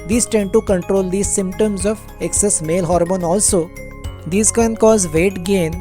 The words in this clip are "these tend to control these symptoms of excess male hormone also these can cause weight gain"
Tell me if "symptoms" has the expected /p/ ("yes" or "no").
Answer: yes